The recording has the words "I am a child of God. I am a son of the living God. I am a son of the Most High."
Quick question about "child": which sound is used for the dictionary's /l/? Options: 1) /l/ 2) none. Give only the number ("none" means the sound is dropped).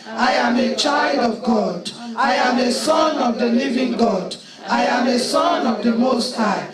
1